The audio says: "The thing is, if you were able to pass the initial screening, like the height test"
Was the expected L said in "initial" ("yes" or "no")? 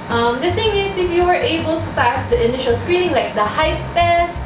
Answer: yes